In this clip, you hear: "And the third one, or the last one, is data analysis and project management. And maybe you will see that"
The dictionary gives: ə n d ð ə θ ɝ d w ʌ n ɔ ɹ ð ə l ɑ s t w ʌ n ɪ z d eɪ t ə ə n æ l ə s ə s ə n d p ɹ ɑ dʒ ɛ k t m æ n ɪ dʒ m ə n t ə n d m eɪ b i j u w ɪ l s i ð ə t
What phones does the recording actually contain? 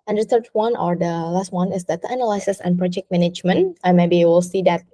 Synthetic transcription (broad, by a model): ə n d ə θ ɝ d w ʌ n ɔ ɹ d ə l ɑ s t w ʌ n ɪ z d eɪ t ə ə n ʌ l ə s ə s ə n p ɹ ɑ dʒ ɛ k t m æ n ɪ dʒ m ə n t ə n m eɪ b i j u w ɪ l s i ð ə t